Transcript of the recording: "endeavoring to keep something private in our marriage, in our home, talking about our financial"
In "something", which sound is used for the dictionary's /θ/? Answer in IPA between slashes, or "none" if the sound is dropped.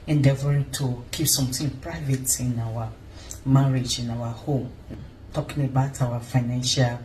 /t/